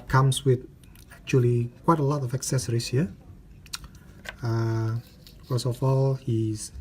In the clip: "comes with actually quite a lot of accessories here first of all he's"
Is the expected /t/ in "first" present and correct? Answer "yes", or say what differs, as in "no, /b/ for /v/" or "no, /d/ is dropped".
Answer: no, /t/ is dropped